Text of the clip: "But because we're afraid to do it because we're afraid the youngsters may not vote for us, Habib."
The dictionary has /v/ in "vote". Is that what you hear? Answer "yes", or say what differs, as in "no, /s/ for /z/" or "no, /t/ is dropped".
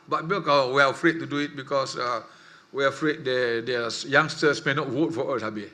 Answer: no, /w/ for /v/